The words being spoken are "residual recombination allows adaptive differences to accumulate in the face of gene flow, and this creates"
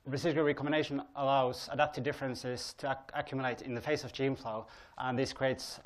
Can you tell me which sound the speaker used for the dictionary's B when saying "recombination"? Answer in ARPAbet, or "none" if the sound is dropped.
none